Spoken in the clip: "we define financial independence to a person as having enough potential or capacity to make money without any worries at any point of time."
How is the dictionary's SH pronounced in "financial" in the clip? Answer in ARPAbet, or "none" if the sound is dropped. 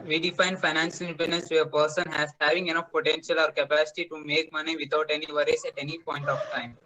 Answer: S